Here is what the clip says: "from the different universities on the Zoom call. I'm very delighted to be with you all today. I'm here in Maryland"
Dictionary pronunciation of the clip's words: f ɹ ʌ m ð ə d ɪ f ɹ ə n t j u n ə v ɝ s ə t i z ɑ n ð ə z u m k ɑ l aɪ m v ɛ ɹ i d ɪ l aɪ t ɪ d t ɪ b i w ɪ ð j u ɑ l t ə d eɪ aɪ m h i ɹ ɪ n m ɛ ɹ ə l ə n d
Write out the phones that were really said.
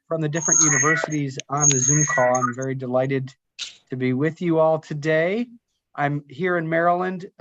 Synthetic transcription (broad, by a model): f ɹ ʌ m ð ə d ɪ f ɹ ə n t j u n ə v ɝ s ə t i z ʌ n ð ə z u m k ɑ l aɪ m v ɛ ɹ i d ɪ l aɪ t ɪ d t ɪ b i w ɪ ð j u ɑ l t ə d eɪ aɪ m h i ɹ ɪ n m ɛ ɹ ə l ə n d